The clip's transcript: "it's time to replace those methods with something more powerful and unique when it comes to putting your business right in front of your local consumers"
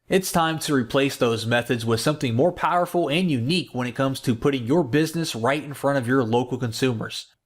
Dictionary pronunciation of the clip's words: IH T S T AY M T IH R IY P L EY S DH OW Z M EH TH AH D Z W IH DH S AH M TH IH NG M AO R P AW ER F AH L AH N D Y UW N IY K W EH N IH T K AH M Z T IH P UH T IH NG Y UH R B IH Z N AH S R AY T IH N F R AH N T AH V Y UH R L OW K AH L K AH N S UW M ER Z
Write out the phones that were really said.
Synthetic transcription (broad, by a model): IH T S T AY M T IH R IY P L EY S DH OW Z M EH TH AH D Z W IH DH S AH M TH IH NG M AO R P AW ER F L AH N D Y UW N IY K W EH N IH T K AH M Z T IH P UH T IH NG Y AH R B IH Z N AH S R AY T IH N F R AH T AH V Y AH R L OW K L K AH N S UW M ER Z